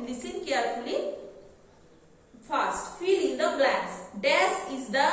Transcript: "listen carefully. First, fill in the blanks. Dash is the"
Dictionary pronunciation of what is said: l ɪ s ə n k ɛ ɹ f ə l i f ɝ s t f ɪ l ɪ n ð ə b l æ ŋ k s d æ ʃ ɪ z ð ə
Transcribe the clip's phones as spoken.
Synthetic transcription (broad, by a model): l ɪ s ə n k ɛ ɹ f ə l i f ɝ s t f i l ɪ n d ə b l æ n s d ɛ s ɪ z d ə